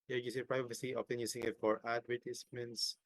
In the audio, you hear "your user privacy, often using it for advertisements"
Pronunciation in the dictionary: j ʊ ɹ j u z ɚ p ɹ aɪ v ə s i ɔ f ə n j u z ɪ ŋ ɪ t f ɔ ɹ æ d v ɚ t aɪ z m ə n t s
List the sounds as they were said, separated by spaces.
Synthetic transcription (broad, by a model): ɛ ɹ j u s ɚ p ɹ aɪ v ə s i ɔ p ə n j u s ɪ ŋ ɪ t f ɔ ɹ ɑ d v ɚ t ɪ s m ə n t s